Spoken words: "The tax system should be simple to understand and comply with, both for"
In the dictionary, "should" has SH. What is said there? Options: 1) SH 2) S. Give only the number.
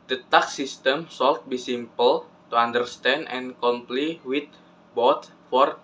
2